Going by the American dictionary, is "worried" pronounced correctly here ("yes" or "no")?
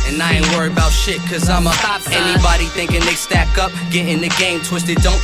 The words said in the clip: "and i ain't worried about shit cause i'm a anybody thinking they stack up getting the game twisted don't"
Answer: no